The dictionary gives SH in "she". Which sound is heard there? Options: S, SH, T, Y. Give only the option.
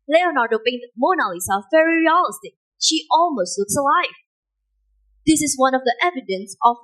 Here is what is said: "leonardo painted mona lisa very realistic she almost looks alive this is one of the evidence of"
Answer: SH